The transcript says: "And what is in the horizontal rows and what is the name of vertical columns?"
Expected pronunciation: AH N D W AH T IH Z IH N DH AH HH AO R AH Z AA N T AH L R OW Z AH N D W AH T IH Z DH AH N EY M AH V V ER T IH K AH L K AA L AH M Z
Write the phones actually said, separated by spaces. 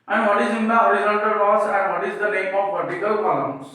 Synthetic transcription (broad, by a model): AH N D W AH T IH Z IH N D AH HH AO R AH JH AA L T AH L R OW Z AH N D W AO T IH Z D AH N EY M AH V V ER T IH K AH L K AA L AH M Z